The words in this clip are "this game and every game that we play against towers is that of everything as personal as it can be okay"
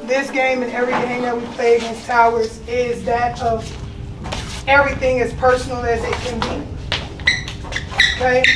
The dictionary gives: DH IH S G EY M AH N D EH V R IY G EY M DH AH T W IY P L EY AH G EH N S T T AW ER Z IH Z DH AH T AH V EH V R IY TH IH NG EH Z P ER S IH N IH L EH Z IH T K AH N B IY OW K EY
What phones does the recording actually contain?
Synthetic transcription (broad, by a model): DH IH S G EY M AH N EH V R IY G EY M DH AH T W IY P L EY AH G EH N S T T AW ER Z IH Z DH AH T AH V EH V R IY TH IH NG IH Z P ER S N L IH Z IH T K AH N B IY OW K EY